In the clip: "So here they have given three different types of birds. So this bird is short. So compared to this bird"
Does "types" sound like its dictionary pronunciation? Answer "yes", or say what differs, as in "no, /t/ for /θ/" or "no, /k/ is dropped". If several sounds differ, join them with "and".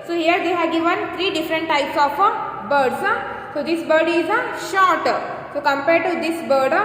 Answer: yes